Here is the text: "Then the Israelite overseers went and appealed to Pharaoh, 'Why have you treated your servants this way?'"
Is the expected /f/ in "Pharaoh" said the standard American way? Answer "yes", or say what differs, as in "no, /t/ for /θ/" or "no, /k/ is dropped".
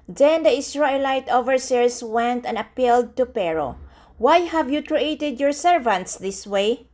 no, /p/ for /f/